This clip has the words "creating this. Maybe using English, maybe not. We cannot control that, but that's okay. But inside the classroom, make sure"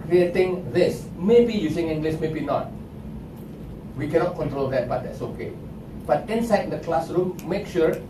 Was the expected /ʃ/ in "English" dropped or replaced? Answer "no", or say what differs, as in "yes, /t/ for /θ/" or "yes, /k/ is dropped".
yes, /s/ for /ʃ/